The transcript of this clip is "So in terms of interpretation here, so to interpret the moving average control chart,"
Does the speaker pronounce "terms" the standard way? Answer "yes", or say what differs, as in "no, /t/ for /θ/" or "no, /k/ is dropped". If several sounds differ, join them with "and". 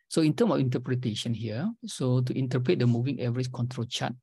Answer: no, /z/ is dropped